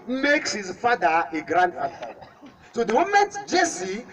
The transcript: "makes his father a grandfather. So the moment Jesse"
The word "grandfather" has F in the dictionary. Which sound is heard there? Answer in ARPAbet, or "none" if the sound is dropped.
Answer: none